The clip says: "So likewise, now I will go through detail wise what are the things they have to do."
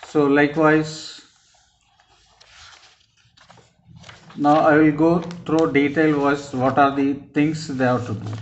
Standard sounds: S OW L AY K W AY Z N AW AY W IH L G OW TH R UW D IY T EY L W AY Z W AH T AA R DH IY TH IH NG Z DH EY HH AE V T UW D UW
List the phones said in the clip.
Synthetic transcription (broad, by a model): S OW L AY K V AY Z N AW AY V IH L G OW T R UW D IY T EY L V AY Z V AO T AA R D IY T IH NG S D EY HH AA T UW D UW